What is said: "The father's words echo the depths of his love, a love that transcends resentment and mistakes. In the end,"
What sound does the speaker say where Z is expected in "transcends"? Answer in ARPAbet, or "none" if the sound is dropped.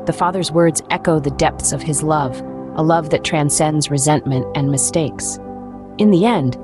Z